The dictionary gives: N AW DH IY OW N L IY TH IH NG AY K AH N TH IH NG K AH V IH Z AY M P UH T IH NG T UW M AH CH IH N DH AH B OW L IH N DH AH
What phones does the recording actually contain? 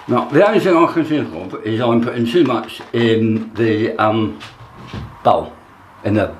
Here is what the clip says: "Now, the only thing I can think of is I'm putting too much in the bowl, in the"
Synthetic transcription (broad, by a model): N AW DH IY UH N IY TH IH NG AY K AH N S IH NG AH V IH Z AY M P UH T IH NG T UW M AH CH IH N DH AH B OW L IH N DH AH